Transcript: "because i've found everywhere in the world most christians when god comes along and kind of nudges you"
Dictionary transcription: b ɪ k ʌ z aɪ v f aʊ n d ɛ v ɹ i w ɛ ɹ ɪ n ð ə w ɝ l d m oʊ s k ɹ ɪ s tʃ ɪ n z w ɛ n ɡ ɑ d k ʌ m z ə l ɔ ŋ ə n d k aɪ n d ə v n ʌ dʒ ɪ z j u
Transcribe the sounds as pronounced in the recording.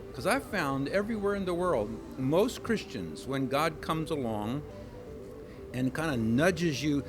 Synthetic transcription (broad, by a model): k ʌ z aɪ v f aʊ n d ɛ v ɹ i w ɛ ɹ ɪ n ð ə w ɝ l d m oʊ s k ɹ ɪ s tʃ ɪ n z w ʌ n ɡ ɑ d k ʌ m z ə l ɔ ŋ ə n k aɪ n d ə n ʌ dʒ ɪ z j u